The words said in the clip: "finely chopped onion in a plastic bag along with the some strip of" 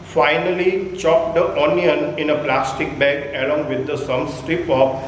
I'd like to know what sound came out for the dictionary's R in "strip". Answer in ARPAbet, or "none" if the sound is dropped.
R